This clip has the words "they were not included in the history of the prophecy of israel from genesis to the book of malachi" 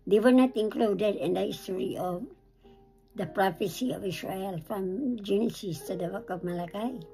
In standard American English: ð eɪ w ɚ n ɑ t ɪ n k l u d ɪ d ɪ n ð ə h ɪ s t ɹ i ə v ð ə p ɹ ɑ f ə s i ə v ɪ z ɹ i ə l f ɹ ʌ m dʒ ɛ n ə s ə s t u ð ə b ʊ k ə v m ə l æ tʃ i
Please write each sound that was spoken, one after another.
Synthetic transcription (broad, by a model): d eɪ w ɚ n ɑ t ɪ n k l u d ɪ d ɪ n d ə h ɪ s t ɹ i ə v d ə p ɹ ɑ f ə s i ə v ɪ s ɹ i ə l f ɹ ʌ m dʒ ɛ n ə s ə s t u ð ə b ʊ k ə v m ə l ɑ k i